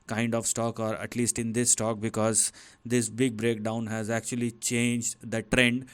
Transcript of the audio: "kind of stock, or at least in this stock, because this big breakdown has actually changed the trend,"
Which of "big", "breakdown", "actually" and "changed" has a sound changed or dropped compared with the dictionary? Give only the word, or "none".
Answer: none